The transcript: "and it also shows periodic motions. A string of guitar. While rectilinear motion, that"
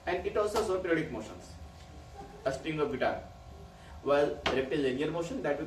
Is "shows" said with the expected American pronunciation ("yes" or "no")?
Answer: no